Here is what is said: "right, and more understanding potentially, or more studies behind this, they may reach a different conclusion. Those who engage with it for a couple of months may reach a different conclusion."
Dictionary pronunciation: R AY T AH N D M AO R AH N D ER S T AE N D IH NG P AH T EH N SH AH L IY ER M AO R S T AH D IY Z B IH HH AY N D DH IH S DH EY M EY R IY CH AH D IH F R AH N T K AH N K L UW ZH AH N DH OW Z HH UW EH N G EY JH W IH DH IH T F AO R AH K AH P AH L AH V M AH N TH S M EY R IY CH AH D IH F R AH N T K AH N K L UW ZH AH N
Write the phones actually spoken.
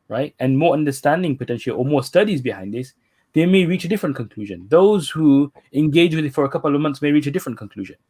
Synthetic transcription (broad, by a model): R AY T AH N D M AO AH N D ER S T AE N D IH NG P AH T EH N SH AH L IY M AO S T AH D IY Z B IH HH AY N D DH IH S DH EY M EY R IY CH AH D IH F R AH N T K AH N K L UW ZH AH N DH OW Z HH UW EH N G EY JH W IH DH IH T F AO R AH K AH P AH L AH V M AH N T S M EY R IY CH AH D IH F R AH N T K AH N K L UW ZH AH N